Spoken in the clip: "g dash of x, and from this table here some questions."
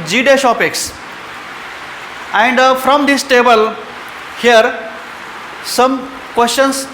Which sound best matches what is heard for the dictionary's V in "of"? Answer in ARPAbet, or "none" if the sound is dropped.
P